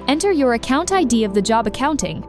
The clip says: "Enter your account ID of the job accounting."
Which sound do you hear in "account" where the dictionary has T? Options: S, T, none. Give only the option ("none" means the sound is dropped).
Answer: T